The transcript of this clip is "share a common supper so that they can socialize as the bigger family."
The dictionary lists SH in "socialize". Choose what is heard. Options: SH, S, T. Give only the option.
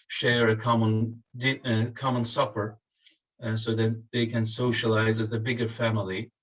SH